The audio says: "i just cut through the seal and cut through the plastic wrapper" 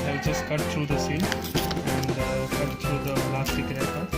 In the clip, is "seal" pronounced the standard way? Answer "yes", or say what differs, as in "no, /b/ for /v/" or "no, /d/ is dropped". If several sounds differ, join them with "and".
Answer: no, /n/ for /l/